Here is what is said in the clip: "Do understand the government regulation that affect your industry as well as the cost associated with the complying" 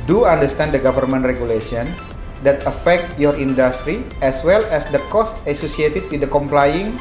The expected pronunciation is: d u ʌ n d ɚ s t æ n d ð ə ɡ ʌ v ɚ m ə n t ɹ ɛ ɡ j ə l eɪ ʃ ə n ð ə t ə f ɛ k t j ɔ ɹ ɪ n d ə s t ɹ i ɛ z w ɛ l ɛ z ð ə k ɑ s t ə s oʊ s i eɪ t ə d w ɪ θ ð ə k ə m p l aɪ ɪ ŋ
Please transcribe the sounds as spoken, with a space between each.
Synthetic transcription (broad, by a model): d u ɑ n d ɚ s t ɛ n d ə ɡ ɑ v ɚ m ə n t ɹ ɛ ɡ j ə l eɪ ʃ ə n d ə t ə f ɛ k t j ɔ ɹ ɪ n d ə s t ɹ i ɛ s w ɛ l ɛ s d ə k ɑ s t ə s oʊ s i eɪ t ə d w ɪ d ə k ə m p l aɪ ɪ ŋ